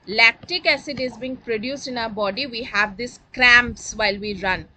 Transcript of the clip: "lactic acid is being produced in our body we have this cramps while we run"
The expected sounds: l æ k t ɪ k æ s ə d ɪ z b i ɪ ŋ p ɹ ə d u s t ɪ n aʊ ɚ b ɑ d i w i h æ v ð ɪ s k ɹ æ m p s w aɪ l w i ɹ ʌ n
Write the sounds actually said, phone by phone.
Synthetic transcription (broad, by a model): l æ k t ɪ k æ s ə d ɪ z b i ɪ ŋ p ɹ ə d u s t ɪ n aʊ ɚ b ɑ d i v i h æ v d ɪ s k ɹ æ m p s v aɪ l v i ɹ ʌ n